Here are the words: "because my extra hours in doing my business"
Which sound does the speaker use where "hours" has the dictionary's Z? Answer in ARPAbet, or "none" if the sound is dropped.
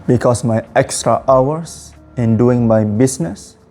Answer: S